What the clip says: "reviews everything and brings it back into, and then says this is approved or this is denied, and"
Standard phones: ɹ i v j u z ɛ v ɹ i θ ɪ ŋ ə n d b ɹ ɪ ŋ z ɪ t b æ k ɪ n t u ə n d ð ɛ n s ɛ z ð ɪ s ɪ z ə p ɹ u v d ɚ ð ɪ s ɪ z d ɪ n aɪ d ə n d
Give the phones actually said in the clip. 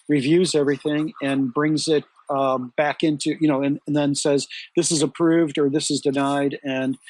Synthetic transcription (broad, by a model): ɹ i v j u z ɛ v ɹ i θ ɪ ŋ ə n b ɹ ɪ ŋ z ɪ t b æ k ɪ n t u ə n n ð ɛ n s ɛ z ð ɪ s ɪ z ə p ɹ u v d ɚ ð ɪ s ɪ z d ɪ n aɪ d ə n